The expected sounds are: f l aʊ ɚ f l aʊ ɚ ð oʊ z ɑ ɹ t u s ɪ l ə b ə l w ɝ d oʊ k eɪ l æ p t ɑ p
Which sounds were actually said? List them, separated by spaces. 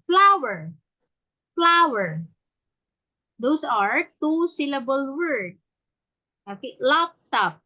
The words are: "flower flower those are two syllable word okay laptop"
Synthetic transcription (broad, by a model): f l aʊ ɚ f l aʊ ɚ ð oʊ s ɑ ɹ t u s ɪ l ə b ə l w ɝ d oʊ k eɪ l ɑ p t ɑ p